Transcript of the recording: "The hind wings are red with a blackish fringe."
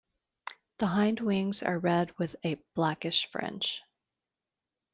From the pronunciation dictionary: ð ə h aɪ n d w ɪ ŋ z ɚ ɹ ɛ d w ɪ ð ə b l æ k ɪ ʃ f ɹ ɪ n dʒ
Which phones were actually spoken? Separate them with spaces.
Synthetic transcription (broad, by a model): ð ə h aɪ n d w ɪ ŋ z ɚ ɹ ɛ d w ɪ ð ə b l æ k ɪ ʃ f ɹ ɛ n tʃ